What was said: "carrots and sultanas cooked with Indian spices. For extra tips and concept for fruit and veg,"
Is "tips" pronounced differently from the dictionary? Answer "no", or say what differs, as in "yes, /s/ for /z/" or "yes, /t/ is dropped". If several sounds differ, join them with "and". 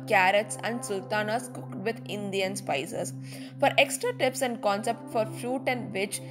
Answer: no